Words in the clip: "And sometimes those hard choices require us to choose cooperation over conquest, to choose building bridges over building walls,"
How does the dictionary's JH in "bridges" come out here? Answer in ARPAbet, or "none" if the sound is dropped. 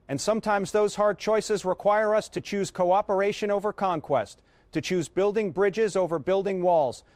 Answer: JH